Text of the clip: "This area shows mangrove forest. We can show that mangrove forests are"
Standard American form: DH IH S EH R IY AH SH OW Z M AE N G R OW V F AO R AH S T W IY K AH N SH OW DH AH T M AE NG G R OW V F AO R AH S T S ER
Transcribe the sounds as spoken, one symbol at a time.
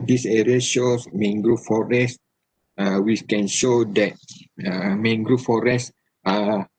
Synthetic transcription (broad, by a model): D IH S EH R IY AH SH OW S M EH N G R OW F AO R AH S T W IY K AH N SH OW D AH T M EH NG G R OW F AO R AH S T AA